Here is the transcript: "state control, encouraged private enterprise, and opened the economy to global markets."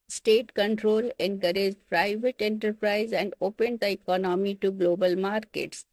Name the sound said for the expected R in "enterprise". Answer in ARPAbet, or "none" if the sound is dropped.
R